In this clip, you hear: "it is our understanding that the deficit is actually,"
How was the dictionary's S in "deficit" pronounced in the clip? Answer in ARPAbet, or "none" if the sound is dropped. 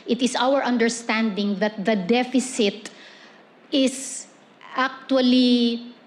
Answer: S